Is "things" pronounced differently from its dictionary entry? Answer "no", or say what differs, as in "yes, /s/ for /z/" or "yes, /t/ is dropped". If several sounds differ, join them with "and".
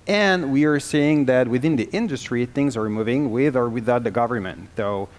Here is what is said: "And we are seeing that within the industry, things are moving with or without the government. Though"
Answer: no